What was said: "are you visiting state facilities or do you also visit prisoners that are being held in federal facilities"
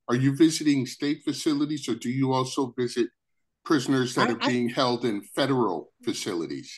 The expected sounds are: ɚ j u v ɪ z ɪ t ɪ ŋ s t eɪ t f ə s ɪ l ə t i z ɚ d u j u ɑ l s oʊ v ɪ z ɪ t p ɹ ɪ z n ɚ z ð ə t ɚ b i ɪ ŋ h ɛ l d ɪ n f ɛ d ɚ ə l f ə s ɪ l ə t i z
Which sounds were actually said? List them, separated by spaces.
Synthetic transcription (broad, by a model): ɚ j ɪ v ɪ z ɪ t ɪ ŋ s t eɪ t f ə s ɪ l ə t i z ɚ d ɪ j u ɑ l s oʊ v ɪ z ɪ t p ɹ ɪ z n ɚ z ð ə t ɚ b i ɪ ŋ h ɛ l d ɪ n f ɛ d ɚ l f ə s ɪ l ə t i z